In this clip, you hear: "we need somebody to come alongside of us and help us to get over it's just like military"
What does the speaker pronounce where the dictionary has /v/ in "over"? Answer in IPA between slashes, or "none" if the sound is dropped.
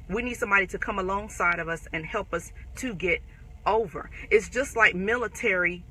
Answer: /v/